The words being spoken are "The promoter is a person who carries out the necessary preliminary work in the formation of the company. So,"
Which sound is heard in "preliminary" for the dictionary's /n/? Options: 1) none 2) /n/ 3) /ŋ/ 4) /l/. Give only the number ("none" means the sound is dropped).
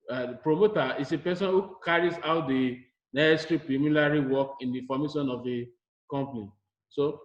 4